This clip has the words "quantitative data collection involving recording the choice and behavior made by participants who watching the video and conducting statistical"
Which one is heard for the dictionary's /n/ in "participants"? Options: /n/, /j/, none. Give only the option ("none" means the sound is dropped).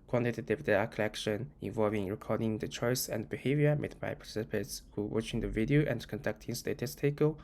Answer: none